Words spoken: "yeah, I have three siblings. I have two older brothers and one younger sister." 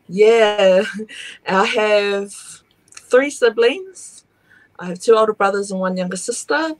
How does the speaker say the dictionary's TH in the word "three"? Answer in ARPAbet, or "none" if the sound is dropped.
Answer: TH